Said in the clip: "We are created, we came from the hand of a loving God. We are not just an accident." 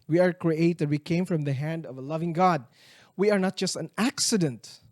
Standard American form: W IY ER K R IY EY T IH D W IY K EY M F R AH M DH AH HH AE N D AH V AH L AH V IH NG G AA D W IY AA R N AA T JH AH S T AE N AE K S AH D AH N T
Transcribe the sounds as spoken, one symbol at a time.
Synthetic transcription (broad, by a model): W IY ER K R IY EY T IH D W IY K EY M F R AH M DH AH HH AE N D AH V AH L AH V IH NG G AA D W IY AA R N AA T JH AH S T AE N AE K S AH D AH N T